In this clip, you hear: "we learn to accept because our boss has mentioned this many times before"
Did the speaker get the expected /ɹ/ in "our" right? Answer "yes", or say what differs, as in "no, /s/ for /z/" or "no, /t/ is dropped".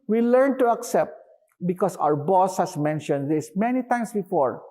yes